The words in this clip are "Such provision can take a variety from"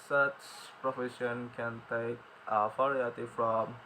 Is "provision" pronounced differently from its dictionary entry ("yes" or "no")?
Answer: yes